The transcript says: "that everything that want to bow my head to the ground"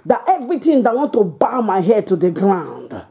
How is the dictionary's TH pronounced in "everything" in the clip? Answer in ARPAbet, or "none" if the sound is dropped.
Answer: T